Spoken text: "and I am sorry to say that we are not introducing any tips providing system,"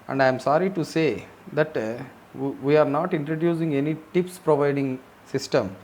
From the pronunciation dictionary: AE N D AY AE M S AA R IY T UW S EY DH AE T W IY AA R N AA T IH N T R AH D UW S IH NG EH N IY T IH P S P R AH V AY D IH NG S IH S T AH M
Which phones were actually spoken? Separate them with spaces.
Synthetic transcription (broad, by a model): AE N D AY M S AA R IY T UW S EY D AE T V IY AA R N AA T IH N T R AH D UW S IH NG EH N IY T IH P S P R AH V AY D IH NG S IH S T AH M